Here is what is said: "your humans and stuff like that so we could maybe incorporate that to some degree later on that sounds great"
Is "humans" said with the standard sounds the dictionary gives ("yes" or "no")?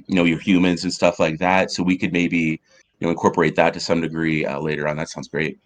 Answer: yes